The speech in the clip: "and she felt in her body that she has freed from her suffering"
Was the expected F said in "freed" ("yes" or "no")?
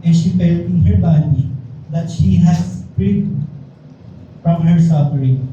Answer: no